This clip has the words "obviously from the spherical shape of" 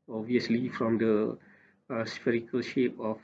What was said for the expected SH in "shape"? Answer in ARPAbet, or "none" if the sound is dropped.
SH